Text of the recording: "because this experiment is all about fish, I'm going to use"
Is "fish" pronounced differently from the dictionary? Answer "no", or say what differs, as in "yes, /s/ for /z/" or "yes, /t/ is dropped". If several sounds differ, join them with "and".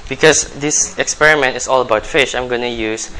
no